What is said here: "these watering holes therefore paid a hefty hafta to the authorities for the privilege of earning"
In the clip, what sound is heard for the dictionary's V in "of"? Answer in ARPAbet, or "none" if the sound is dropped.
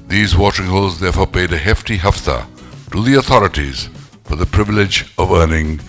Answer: V